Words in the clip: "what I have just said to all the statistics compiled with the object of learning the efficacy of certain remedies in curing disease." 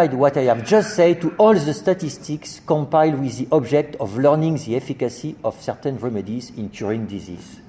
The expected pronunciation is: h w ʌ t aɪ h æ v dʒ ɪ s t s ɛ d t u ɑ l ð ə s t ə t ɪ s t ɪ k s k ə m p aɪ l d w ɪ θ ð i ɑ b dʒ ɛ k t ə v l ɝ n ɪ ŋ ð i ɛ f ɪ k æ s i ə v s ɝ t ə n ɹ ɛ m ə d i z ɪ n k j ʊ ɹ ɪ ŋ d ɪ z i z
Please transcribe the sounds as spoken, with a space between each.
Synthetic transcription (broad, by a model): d w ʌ t aɪ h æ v dʒ ɪ s t s ɛ d t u ɑ l ð ə s t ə t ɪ s t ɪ k s k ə m p aɪ l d w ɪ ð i ɑ b dʒ ɛ k t ə v l ɝ n ɪ ŋ ð i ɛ f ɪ k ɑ s i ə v s ɝ t ə n ɹ ɛ m ə d i z ɪ n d j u ɹ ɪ ŋ d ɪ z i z